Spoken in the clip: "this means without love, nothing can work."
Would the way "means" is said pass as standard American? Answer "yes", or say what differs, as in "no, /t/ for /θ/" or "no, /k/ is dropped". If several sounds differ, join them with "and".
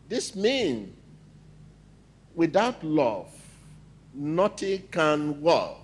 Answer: no, /z/ is dropped